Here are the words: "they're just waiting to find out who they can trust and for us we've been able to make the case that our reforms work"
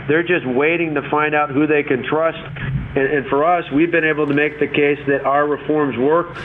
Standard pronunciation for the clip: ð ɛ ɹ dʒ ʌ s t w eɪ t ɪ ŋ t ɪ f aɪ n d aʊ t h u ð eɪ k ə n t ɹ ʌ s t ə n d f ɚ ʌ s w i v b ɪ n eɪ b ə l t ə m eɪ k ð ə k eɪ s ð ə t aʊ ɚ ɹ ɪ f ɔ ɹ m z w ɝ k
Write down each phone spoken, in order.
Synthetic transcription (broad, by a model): ð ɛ ɹ dʒ ʌ s t w eɪ t ɪ ŋ t ɪ f aɪ n d aʊ t h u ð eɪ k ə n t ɹ ʌ s t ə n f ɚ ʌ s w i v b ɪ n eɪ b l t ə m eɪ k ð ə k eɪ s ð ə t aʊ ɚ ɹ ɪ f ɔ ɹ m z w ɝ k